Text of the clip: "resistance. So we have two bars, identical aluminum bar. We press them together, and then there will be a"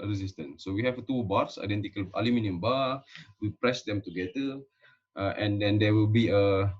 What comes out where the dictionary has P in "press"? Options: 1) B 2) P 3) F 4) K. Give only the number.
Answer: 2